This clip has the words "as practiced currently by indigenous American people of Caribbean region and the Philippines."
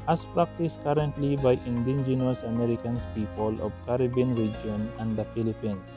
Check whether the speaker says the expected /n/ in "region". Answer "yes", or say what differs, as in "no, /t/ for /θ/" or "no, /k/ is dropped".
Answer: yes